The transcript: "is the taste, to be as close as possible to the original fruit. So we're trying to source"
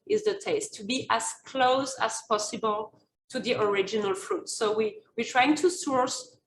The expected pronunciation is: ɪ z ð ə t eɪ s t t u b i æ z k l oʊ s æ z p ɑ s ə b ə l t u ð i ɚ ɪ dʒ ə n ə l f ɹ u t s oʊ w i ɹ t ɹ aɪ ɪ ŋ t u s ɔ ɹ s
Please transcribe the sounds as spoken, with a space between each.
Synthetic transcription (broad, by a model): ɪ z ð ə t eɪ s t t u b i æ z k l oʊ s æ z p ɑ s ə b ə l t u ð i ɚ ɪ dʒ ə n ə l f ɹ u t s oʊ w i w t ɹ aɪ ɪ ŋ t u s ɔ ɹ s